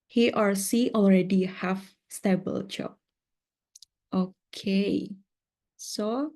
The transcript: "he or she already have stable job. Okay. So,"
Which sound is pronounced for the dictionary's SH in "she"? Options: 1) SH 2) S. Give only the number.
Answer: 2